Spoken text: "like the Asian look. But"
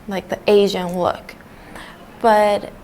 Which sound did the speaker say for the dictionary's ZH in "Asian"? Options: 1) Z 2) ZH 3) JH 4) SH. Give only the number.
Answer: 2